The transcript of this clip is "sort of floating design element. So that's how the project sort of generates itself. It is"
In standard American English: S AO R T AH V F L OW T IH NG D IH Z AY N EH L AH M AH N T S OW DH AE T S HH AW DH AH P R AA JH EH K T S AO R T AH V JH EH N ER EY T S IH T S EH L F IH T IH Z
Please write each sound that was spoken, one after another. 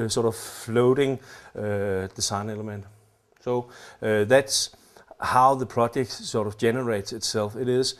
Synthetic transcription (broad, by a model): S AO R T AH V F L OW T IH NG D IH S AY N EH L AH M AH N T S OW DH AE T S HH AW DH AH P R AA JH EH K T S AO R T AH V JH EH N ER EY T S IH T S EH L F IH T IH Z